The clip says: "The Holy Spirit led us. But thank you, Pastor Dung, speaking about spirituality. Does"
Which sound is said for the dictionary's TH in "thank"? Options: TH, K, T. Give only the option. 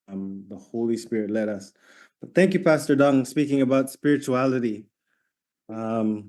TH